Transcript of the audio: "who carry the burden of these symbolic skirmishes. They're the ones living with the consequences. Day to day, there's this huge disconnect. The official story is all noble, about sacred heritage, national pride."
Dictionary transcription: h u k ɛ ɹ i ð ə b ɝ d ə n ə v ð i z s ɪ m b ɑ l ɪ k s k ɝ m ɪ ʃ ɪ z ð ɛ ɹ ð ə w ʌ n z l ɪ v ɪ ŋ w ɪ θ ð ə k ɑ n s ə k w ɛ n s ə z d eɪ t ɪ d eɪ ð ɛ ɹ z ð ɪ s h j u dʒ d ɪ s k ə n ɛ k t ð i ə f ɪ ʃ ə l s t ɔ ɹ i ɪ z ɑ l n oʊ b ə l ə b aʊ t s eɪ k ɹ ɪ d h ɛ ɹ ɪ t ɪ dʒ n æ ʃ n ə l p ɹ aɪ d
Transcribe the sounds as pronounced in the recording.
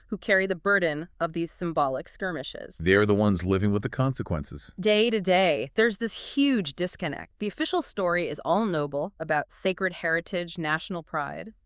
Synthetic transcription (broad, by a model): h u k ɛ ɹ i ð ə b ɝ d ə n ə v ð i z s ɪ m b ɑ l ɪ k s k ɝ m ɪ ʃ ɪ z ð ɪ ɹ ð ə w ʌ n z l ɪ v ɪ ŋ w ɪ ð ə k ɑ n s ə k w ɛ n s ə z d eɪ t ɪ d eɪ ð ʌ ɹ z ð ɪ s h j u dʒ d ɪ s k ə n ɛ k t ð i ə f ɪ ʃ l s t ɔ ɹ i ɪ z ɑ l n oʊ b l ə b aʊ t s eɪ k ɹ ɪ d h ɛ ɹ ɪ t ɪ dʒ n æ ʃ n l p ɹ aɪ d